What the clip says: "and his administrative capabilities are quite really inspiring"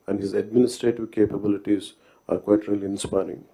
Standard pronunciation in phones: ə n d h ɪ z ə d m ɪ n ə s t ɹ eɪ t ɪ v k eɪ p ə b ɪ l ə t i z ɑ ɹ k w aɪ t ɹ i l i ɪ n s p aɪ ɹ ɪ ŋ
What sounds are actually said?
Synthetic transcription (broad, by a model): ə n d h ɪ z ə d m ɪ n ə s t ɹ eɪ t ɪ v k eɪ p ə b ɪ l ə t i z ɑ ɹ k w aɪ t ɹ i l i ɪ n s p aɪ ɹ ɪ ŋ